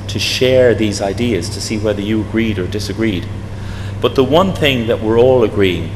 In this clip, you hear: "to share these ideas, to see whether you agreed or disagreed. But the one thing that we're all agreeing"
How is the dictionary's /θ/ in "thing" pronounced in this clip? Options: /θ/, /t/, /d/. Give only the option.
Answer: /θ/